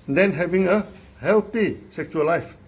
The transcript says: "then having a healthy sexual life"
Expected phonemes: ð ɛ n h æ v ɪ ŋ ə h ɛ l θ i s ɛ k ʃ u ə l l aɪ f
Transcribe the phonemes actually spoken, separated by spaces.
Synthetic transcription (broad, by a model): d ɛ n h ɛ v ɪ ŋ ə h ɛ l t i s ɛ k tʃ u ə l l aɪ f